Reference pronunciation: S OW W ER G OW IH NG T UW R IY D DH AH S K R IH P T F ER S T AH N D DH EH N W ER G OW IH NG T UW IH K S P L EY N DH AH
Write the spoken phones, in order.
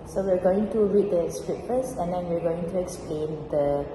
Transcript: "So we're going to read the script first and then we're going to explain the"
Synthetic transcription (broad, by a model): S OW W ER G OW IH NG T UW R IY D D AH S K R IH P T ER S AH N D EH N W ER G OW IH NG T UW IH K S P L EY N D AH